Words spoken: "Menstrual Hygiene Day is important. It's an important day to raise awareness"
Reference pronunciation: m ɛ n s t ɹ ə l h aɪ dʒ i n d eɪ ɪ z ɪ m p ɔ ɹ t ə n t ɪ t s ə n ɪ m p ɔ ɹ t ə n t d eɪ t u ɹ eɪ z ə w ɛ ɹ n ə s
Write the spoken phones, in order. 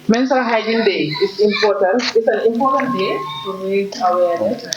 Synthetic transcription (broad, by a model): m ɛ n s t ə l h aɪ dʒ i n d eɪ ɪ s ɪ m p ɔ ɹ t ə n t ɪ t s ə n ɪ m p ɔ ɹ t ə n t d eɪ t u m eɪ ə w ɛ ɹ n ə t